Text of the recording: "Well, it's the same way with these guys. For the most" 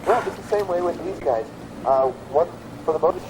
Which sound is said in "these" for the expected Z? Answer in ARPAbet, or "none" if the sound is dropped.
Z